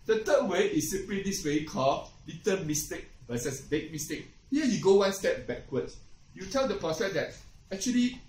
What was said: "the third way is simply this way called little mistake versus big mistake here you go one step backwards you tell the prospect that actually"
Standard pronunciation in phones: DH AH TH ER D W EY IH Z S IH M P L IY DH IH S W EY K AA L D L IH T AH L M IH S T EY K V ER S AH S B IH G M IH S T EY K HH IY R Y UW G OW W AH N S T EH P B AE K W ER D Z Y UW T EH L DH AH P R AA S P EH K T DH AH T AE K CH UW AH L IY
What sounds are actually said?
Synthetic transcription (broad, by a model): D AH T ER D W EY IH S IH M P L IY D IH S W EY K AA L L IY T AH M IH S T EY K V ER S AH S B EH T M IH S T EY K HH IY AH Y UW G OW W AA N S T EH P B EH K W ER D Y UW T EH L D AH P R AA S EH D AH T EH K CH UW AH L IY